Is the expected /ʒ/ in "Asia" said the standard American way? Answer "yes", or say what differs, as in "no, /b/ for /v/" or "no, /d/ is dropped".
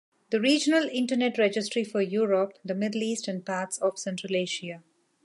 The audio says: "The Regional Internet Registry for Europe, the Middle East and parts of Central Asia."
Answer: no, /ʃ/ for /ʒ/